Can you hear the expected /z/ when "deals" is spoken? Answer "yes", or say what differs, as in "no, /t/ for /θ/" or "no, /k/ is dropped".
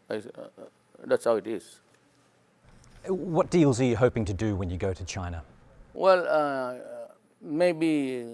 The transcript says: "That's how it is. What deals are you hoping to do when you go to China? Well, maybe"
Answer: yes